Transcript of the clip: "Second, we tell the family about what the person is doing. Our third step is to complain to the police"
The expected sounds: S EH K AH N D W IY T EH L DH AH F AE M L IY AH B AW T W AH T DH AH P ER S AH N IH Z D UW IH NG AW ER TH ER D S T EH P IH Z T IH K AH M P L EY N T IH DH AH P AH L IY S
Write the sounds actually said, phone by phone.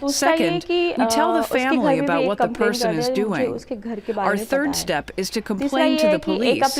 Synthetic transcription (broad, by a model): S EH K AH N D W IY T EH L DH AH F AE M L IY AH B AW T W AH T DH AH P ER S AH N IH Z D UW IH NG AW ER TH ER D S T EH P IH Z T IH K AH M P L EY N T IH DH AH P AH L IY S